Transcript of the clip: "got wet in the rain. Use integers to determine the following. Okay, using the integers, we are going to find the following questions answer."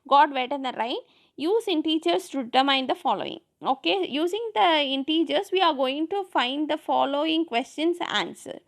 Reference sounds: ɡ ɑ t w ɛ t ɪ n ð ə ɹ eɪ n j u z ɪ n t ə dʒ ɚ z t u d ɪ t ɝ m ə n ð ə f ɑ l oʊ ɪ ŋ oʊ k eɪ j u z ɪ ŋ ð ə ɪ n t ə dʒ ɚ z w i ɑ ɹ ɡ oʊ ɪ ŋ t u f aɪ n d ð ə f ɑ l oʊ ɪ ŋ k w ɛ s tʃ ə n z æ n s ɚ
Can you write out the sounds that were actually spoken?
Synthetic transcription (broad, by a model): ɡ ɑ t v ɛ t ɪ n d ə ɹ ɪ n j u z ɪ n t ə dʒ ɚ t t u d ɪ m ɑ ə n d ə f ɑ l oʊ ɪ ŋ oʊ k eɪ j u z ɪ ŋ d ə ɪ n t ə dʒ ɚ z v i ɑ ɹ ɡ oʊ ɪ ŋ t u f aɪ n d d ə f ɑ l oʊ ɪ ŋ k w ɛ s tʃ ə n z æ n s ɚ